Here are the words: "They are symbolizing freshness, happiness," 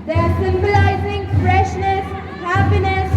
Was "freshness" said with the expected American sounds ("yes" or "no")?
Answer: yes